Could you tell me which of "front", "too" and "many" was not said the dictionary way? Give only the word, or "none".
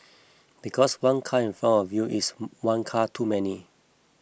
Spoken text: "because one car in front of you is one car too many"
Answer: front